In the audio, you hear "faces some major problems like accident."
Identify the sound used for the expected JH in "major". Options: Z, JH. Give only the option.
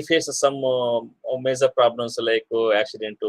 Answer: Z